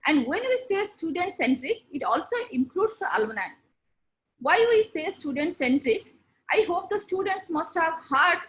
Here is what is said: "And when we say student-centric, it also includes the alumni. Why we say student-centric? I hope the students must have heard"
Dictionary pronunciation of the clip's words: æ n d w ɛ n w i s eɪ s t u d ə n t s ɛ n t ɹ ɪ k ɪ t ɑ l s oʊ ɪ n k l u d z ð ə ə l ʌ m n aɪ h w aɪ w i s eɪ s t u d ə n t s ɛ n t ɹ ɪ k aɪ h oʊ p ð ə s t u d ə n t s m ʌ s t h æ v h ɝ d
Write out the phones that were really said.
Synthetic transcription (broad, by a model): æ n d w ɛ n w i s eɪ s t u d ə n t s ɛ n t ɹ ɪ k ɪ t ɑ l s oʊ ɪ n k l u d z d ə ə l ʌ n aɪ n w aɪ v i s eɪ s t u d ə n t s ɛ n t ɹ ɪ k aɪ h oʊ p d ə s t u d ə n t s m ʌ s t h æ v h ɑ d